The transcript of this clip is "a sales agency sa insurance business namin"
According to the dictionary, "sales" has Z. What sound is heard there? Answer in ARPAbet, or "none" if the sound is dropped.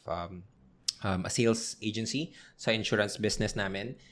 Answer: S